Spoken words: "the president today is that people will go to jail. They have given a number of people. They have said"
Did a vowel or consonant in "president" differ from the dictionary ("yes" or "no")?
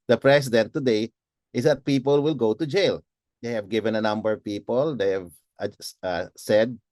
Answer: yes